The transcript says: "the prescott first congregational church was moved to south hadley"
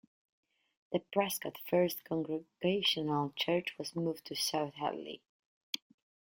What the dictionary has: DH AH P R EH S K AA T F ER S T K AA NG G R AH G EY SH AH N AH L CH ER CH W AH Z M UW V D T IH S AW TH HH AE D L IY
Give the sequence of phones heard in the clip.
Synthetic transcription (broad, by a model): DH AH P R EH S K AA T F ER S T K AA NG G R AH G EY SH AH N AH L CH ER CH W AH Z M UW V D T IH S AW TH HH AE L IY